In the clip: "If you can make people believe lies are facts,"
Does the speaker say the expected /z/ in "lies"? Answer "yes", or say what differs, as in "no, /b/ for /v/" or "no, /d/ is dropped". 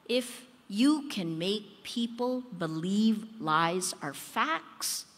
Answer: yes